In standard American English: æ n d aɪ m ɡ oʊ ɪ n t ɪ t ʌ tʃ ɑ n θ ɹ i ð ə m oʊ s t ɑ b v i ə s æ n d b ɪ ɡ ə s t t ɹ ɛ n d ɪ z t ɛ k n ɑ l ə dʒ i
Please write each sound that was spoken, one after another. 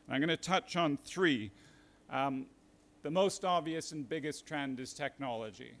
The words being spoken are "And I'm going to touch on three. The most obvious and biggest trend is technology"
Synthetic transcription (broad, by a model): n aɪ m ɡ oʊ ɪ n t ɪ t ʌ tʃ n θ ɹ i ð ə m oʊ s t ɑ b v i ə s n b ɪ ɡ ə s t t ɹ ɛ n d ɪ z t ɛ k n ɑ l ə dʒ i